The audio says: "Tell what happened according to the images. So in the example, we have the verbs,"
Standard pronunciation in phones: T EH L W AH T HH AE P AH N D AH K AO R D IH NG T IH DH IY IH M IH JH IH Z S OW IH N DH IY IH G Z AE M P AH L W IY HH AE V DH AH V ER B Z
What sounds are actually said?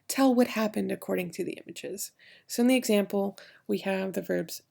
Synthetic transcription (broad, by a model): T EH L W AH T HH AE P AH N D AH K AO R D IH NG T IH DH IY IH M IH JH IH Z S OW IH N DH IY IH G Z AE M P L W IY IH V DH AH V ER B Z